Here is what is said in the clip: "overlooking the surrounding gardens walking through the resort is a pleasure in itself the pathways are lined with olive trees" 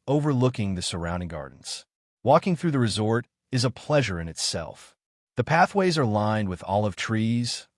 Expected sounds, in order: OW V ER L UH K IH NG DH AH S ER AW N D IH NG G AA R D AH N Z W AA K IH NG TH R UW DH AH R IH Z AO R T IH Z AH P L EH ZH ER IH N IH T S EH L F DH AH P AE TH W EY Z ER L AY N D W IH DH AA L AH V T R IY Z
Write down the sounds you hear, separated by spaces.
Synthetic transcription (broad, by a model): OW V ER L UH K IH NG DH AH S ER AW N D IH NG G AA R D N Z W AA K IH NG TH R UW DH AH R IH Z AO R T IH Z AH P L EH ZH ER IH N IH T S EH L F DH AH P AE TH W EY Z ER L AY N D W IH DH AA L AH V T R IY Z